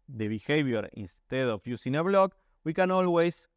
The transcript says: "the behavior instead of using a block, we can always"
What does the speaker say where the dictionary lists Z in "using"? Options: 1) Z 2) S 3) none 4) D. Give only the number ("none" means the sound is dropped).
2